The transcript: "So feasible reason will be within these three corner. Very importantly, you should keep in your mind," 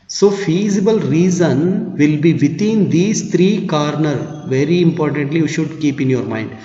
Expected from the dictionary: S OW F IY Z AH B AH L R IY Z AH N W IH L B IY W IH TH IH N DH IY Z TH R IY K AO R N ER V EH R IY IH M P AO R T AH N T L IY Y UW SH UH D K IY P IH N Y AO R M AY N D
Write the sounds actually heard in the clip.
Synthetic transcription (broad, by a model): S OW F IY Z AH B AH L R IY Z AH N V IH L B IY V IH T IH N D IY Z T R IY K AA R N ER V EH R IY IH M P AO R T AH N T L IY Y UW SH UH D K IY P IH N Y AO R M AY N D